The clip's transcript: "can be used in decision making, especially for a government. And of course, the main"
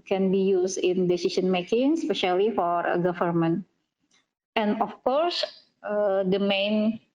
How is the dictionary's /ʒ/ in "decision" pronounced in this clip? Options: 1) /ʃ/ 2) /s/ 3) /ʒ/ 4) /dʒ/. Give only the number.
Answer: 2